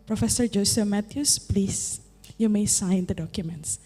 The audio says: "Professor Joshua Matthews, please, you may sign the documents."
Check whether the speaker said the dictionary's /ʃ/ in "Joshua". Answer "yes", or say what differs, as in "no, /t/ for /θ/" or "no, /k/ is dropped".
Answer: no, /s/ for /ʃ/